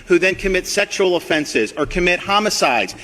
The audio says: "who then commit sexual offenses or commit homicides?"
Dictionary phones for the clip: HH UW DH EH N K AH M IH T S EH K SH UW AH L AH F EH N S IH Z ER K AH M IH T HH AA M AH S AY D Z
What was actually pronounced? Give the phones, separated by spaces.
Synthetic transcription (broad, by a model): HH UW DH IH N K AH M IH T S EH K SH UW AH L AH F EH N S IH Z ER K AH M IH T HH AA M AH S AY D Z